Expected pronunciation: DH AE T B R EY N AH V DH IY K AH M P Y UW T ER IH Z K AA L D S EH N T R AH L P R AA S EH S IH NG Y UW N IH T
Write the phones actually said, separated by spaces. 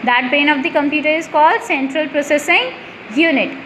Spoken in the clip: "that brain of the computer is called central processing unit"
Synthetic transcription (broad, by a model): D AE T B EY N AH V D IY K AH M P Y UW T ER IH Z K AA L D S EH N T R AH L P R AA S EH S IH NG Y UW N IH T